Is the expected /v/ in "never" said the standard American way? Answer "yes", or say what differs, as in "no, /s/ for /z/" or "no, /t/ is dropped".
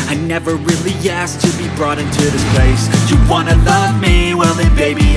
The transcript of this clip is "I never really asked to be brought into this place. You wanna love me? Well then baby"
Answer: yes